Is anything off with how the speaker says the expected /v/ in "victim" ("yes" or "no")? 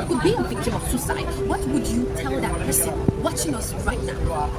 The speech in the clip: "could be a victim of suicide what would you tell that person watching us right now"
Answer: yes